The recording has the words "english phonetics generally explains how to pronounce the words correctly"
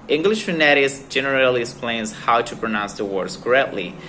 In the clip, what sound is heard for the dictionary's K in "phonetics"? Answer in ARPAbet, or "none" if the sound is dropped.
none